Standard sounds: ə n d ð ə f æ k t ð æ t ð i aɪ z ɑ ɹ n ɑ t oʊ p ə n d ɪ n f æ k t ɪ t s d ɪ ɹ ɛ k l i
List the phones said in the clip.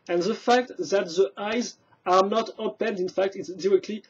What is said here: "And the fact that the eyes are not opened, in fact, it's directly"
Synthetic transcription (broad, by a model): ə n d ð ə f æ k t ð æ t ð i aɪ z ɑ ɹ n ɑ t oʊ p ə n d ɪ n f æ k t ɪ t s d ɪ ɹ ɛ k l i